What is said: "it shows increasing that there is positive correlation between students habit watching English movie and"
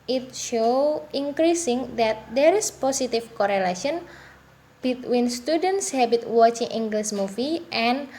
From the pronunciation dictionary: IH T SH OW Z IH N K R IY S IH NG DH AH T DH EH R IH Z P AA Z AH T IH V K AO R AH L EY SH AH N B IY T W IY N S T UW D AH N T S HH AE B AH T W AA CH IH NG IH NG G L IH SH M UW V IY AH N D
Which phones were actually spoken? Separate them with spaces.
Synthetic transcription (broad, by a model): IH T SH OW IH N K R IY S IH NG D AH T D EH R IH S P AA S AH T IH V K AO R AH L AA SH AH N B IY T W IY N S T UW D AH N T S HH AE B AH T W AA CH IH NG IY NG G L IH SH M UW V IY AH N